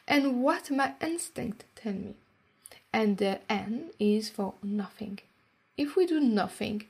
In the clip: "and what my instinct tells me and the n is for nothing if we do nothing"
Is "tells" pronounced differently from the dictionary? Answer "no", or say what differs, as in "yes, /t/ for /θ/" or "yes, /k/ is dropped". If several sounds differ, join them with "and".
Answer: yes, /z/ is dropped